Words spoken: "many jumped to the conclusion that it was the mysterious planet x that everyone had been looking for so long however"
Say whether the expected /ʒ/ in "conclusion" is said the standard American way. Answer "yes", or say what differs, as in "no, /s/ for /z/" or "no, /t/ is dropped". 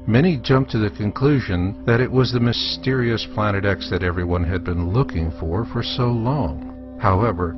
yes